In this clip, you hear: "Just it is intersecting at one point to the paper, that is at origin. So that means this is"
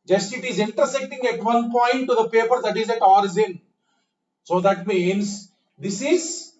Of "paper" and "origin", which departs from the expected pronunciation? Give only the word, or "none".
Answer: origin